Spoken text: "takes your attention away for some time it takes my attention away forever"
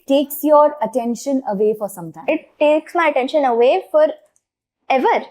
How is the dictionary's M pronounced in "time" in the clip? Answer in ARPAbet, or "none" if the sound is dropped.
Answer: none